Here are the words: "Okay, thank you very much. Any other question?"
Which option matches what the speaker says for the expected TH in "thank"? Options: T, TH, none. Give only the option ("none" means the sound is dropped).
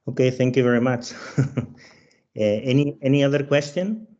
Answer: TH